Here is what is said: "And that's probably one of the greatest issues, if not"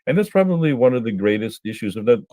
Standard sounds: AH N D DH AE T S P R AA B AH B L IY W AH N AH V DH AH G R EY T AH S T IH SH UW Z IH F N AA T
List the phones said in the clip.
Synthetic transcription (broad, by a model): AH N DH AE T S P R AA B AH B L IY W AH N AH V DH AH G R EY T AH S T IH SH UW Z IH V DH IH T